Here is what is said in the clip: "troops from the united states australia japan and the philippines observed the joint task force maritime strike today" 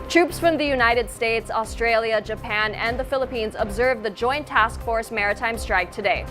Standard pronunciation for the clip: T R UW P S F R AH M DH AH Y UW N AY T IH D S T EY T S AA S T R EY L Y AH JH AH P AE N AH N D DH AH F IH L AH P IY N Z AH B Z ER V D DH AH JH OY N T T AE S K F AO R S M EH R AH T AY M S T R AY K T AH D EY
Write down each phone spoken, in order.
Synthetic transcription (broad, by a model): T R UW P S F R AH M DH AH Y UW N AY T IH D S T EY T S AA S T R EY L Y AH JH AH P AE N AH N DH AH F IH L AH P IY N Z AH B Z ER V DH AH JH OY N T T AE S K F AO R S M EH R AH T AY M S T R AY K T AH D EY